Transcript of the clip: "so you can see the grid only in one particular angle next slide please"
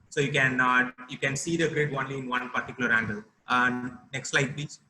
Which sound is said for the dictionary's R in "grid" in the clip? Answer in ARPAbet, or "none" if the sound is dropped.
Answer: R